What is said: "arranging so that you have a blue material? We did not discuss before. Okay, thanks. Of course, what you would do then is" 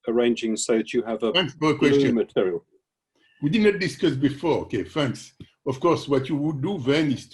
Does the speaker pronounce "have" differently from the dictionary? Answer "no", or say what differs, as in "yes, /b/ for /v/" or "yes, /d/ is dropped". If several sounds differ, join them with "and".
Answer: yes, /f/ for /v/